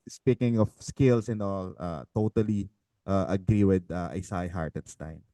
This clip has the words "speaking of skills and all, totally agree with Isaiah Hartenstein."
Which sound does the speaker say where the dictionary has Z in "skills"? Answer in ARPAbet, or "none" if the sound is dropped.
S